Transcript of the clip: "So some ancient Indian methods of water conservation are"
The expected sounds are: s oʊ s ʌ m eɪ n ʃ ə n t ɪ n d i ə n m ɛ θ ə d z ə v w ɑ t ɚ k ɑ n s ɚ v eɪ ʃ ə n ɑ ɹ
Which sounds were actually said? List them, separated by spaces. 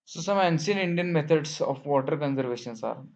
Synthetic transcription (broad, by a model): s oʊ s ʌ m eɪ n s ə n ɪ n d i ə n m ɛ t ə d s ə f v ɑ t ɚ k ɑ n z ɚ v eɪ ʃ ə n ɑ ɹ